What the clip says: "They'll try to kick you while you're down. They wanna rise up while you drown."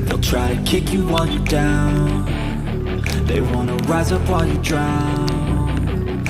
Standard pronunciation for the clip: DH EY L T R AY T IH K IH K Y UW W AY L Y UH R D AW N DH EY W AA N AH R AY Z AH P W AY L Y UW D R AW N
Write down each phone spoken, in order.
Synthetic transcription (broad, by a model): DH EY L T R AY T IH K IH K Y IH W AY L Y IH D AW N DH EY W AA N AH R AY Z AH P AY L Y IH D R AW N